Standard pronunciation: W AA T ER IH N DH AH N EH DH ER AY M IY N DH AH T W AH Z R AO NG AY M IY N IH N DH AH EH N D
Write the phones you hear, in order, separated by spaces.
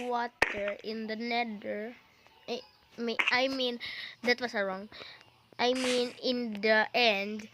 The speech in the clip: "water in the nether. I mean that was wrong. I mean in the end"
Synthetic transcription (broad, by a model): W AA T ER IH N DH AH N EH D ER AY M IY N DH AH T W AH S R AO NG AY M IY N IH N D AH EH N D